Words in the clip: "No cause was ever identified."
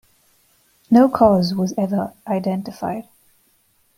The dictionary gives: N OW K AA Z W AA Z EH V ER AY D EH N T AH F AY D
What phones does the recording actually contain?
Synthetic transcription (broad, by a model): N OW K AA Z W AA Z EH V ER AY D EH N T AH F AY D